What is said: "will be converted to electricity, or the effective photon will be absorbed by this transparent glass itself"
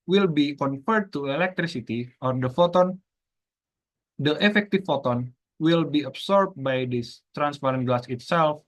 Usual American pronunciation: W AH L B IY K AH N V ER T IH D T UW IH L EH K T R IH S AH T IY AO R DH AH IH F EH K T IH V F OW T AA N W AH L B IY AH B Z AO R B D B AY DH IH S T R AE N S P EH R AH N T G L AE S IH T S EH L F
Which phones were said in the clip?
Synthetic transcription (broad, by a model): W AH L B IY K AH N F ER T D T UW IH L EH K T R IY S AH T IY AO R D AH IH F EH K T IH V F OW T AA N W AH L B IY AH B S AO R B B AY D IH S T R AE N S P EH R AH N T G L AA S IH T S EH L F